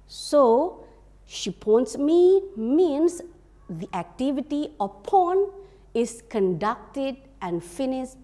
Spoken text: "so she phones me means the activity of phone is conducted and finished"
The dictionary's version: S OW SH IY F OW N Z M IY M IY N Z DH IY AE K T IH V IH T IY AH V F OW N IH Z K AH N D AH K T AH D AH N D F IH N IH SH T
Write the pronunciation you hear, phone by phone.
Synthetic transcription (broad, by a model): S OW SH IY P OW N S M IY M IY N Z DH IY AE K T IH V IH T IY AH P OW N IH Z K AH N D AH K T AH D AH N F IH N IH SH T